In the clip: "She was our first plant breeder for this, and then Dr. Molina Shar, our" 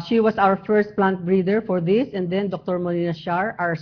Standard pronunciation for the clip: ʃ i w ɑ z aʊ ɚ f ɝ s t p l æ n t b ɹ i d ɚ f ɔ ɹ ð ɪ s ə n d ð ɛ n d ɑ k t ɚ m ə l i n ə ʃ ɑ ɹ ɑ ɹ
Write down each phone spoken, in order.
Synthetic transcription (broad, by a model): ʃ i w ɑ s aʊ ɚ f ɝ s t p l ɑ n t b ɹ i d ɚ f ɔ ɹ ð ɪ s ə n d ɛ n d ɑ k t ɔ m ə n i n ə ʃ ɑ ɹ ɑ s